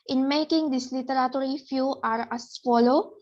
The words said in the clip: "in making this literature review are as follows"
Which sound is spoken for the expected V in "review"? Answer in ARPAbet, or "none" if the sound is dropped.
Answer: F